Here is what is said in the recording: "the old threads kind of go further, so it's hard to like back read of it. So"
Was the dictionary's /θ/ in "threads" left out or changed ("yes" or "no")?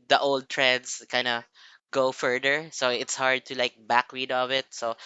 yes